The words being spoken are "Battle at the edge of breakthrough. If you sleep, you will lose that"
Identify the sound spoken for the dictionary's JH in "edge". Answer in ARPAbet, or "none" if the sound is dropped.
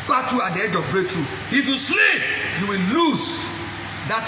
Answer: JH